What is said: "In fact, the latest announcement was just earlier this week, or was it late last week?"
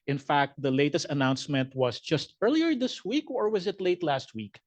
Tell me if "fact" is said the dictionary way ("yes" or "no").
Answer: yes